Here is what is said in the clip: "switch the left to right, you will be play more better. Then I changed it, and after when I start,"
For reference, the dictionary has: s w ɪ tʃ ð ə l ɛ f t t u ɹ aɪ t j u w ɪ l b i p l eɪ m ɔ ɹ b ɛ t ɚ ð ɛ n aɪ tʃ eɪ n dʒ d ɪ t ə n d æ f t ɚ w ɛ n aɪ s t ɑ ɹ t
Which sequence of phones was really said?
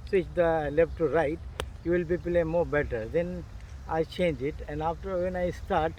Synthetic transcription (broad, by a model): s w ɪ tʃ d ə l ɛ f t t u ɹ aɪ t j u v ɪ l b i p l eɪ m ɔ ɹ b ɛ t ɚ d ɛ n aɪ tʃ eɪ n dʒ ɪ t ə n d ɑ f t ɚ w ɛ n aɪ s t ɑ ɹ t